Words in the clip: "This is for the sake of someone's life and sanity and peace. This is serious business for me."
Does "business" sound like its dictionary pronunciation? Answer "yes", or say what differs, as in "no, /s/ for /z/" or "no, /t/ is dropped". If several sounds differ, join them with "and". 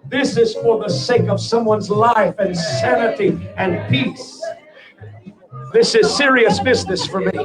yes